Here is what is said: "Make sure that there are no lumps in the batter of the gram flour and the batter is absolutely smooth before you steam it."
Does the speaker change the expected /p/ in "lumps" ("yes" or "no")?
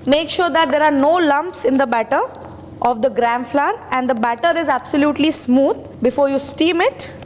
no